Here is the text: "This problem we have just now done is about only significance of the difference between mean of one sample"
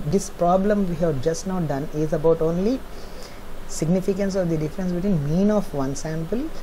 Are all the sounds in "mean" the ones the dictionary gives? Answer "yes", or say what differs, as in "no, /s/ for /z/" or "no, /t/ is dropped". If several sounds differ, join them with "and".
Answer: yes